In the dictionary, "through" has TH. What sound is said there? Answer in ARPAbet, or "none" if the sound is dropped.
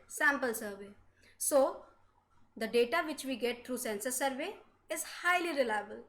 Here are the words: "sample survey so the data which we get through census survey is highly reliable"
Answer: T